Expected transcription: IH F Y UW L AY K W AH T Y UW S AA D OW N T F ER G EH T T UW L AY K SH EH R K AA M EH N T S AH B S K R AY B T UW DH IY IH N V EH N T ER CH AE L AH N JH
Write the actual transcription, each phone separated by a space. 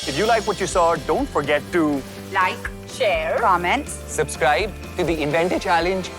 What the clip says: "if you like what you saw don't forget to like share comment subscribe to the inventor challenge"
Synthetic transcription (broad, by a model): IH F Y UW L AY K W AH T Y UW S AA D OW N T F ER G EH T T UW L AY K SH EH R K AA M EH N T S AH B S K R AY B T UW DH IY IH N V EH N T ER CH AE L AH N JH